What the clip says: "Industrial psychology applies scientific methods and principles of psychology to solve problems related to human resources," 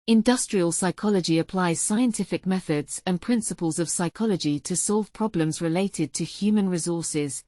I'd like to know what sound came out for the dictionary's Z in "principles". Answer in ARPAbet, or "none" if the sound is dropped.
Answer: Z